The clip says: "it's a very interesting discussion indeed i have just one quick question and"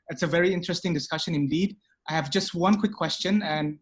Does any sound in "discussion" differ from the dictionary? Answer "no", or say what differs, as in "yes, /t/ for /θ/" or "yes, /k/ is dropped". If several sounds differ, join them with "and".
no